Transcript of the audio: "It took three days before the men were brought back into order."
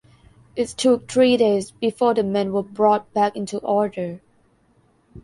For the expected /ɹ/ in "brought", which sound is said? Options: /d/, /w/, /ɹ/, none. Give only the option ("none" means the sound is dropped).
/ɹ/